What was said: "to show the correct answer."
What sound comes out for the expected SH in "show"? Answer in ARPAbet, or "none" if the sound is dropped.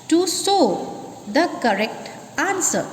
S